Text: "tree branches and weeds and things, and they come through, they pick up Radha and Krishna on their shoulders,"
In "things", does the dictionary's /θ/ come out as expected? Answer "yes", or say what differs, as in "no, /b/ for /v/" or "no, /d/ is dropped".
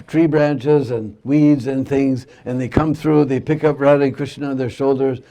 yes